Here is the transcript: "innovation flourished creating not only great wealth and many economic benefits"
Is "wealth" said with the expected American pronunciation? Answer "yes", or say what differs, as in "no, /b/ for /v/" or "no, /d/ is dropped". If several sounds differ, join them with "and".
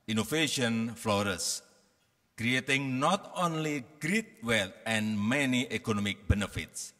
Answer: no, /t/ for /θ/